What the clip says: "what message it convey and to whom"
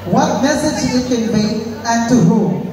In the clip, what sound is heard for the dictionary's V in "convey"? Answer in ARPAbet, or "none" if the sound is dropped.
B